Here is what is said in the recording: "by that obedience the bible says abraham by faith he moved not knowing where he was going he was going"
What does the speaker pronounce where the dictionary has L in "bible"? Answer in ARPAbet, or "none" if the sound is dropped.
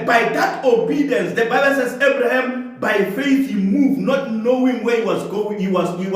N